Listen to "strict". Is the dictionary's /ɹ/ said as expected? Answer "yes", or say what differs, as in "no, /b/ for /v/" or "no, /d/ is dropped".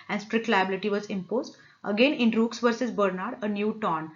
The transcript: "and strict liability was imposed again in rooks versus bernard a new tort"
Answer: yes